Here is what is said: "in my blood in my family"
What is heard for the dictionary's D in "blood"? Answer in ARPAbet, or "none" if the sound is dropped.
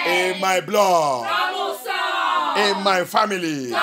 none